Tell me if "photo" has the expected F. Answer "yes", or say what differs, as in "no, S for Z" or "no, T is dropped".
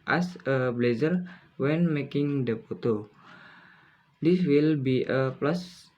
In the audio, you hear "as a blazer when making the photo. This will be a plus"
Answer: no, P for F